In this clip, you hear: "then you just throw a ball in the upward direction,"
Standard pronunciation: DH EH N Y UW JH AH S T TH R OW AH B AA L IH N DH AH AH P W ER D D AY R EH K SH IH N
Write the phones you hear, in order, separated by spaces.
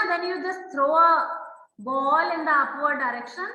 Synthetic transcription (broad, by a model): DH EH N Y UW JH AH S T T R OW AH B AA L IH N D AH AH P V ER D D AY R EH K SH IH N